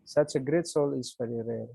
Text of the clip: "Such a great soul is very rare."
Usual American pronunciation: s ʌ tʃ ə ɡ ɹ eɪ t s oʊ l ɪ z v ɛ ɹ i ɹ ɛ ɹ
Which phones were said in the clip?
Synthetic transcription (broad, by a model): s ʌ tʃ ə ɡ ɹ eɪ t s oʊ l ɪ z f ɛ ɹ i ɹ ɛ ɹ